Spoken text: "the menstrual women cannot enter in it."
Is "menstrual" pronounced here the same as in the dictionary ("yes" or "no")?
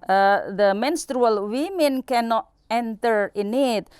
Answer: yes